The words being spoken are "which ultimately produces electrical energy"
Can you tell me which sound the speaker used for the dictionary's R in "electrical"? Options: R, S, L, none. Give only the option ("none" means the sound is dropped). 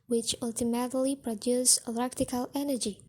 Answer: none